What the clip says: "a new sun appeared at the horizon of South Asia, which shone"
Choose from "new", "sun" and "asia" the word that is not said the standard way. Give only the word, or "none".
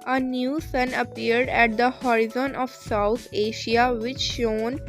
asia